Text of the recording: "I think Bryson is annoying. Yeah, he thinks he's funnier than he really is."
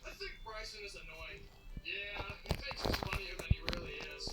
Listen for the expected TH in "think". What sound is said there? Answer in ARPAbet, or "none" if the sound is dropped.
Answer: TH